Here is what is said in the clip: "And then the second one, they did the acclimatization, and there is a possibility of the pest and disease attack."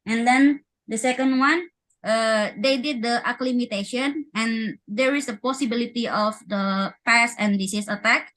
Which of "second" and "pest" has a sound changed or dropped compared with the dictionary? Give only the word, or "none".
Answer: pest